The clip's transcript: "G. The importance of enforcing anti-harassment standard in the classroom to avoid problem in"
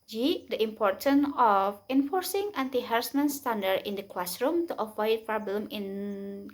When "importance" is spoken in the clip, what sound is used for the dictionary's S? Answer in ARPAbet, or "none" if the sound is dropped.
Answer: none